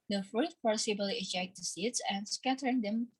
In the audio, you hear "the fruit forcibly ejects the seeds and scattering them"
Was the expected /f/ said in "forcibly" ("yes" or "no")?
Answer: no